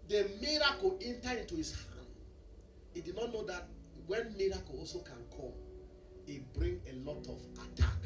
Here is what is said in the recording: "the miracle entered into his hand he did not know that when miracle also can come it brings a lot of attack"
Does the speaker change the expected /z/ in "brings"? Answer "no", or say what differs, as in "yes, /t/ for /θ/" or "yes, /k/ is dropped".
yes, /z/ is dropped